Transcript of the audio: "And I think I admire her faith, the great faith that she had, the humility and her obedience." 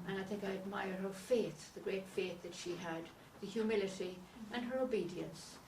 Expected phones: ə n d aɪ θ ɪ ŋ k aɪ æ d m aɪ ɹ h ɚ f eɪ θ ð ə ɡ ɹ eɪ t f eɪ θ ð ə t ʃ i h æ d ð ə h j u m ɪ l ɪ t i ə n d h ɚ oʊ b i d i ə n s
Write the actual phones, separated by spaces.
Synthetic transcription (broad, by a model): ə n aɪ θ ɪ ŋ k aɪ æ d m aɪ ɹ h ɚ f eɪ θ ð ə ɡ ɹ eɪ t f eɪ θ ð ə t ʃ i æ d ð ə h j u m ɪ l ɪ t i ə n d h ɚ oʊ b i d i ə n s